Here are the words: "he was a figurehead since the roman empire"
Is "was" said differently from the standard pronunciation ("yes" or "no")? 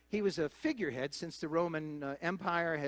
no